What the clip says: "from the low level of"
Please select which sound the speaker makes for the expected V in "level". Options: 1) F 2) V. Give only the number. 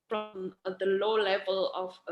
2